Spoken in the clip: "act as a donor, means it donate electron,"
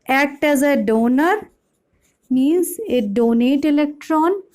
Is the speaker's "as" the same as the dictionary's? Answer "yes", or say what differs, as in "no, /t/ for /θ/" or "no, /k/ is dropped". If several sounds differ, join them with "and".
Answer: yes